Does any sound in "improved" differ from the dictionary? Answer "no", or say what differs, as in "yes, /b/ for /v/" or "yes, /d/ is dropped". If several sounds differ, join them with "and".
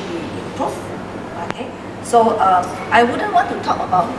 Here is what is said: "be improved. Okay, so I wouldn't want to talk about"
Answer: yes, /m/ is dropped